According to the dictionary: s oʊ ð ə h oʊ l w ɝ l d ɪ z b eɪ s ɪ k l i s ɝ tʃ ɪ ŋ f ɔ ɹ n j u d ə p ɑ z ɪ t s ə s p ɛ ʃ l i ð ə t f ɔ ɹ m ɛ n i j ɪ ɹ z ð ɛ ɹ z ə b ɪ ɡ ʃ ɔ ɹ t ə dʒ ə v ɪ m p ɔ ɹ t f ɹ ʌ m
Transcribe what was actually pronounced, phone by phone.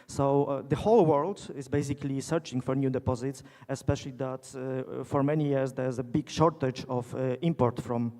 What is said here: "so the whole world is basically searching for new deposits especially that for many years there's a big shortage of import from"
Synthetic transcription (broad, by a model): s oʊ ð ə h oʊ l w ɝ l d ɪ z b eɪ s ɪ k l i s ɝ tʃ ɪ ŋ f ɔ ɹ n j u d ə p ɑ z ɪ t s ə s p ɛ ʃ l i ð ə t f ɔ ɹ m ɛ n i j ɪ ɹ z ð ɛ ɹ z ə b ɪ ɡ ʃ ɔ ɹ t ə dʒ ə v ɪ m p ɔ ɹ t f ɹ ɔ m